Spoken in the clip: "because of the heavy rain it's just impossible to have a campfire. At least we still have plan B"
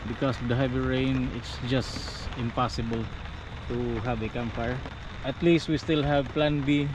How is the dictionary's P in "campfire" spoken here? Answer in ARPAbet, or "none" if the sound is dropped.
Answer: none